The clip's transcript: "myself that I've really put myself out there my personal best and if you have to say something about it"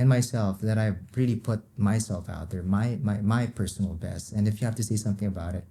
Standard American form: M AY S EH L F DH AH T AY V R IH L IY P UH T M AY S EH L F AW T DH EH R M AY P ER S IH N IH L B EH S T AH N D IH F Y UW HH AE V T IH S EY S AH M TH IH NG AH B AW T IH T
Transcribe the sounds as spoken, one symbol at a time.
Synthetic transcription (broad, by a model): M AY S EH L F DH AH T AY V R IH L IY P UH T M AY S EH L F AW T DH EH R M AY P ER S N L B EH S T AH N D IH F Y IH HH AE F T IH S EY S AH M TH IH NG AH B AW T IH T